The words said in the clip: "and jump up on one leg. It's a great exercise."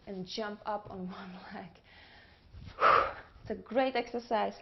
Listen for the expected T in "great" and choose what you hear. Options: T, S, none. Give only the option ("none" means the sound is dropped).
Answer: T